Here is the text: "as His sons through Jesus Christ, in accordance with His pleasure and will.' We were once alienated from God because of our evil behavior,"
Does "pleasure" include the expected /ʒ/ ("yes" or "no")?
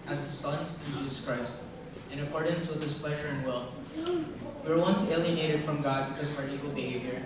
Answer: yes